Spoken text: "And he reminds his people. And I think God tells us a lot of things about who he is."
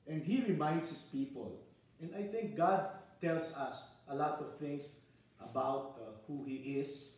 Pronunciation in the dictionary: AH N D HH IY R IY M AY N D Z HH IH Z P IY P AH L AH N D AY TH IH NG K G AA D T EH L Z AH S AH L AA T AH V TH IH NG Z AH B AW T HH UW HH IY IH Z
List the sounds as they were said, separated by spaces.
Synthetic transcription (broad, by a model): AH N D HH IY R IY M AY N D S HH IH S P IY P AH L AH N D AY TH IH NG K G AA D T EH L S AH S AH L AA T AH V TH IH NG S AH B AW T HH UW HH IY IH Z